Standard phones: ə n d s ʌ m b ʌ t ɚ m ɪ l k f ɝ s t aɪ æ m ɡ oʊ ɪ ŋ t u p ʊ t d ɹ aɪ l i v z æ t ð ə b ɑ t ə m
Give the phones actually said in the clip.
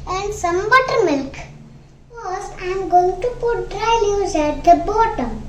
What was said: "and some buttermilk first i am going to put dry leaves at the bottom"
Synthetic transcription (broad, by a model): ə n d s ʌ m b ʌ t ɚ m ɪ l k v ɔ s aɪ m ɡ oʊ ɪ ŋ t u p ʊ t d ɹ aɪ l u z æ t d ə b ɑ t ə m